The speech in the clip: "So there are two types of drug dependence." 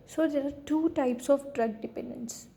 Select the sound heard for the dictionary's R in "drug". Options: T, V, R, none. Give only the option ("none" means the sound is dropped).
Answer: R